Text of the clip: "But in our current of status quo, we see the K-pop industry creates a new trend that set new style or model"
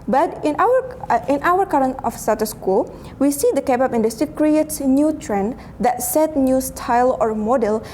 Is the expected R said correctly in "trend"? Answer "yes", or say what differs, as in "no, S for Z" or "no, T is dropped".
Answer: yes